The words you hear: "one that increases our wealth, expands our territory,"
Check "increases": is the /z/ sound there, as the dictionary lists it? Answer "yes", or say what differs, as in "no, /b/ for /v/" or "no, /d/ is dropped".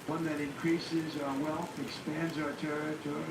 yes